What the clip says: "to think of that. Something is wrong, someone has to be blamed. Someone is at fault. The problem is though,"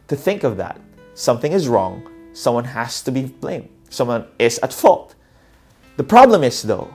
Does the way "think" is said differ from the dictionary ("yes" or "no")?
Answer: no